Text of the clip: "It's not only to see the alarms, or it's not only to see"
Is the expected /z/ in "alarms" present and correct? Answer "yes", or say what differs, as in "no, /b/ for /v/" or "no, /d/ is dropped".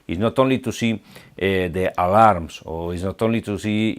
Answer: no, /s/ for /z/